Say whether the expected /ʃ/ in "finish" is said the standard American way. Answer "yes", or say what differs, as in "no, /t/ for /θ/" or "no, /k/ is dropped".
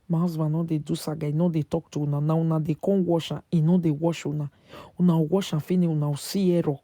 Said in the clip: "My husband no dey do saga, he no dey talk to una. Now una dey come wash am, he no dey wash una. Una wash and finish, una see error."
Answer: no, /ʃ/ is dropped